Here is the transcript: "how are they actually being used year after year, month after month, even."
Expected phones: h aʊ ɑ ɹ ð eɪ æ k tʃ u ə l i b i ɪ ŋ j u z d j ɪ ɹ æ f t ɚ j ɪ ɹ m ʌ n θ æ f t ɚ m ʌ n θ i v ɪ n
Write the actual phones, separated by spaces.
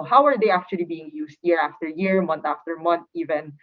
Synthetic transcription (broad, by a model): h aʊ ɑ ɹ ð eɪ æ k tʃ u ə l i b i ɪ ŋ j u s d j ɪ ɹ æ f t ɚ j ɪ ɹ m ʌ n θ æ f t ɚ m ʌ n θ i v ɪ n